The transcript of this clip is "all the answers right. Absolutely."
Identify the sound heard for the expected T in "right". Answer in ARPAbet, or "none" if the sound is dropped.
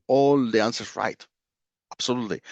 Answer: T